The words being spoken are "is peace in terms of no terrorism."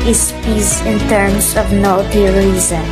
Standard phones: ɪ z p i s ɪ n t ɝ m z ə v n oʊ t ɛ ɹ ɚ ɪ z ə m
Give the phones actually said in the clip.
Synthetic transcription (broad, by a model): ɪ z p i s ɪ n t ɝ m s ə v n oʊ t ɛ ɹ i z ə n